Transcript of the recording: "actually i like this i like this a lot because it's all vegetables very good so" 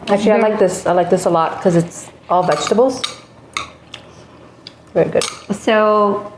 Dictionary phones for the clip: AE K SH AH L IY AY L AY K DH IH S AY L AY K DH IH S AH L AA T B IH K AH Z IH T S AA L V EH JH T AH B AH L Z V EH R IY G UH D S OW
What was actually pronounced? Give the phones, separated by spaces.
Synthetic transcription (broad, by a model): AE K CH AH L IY AY L AY K DH IH S AY L AY K DH IH S AH L AA T K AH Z IH T S AA L V EH JH T AH B AH L Z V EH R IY G UH D S OW